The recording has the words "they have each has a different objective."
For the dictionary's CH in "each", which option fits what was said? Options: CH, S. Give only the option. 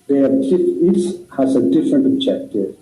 S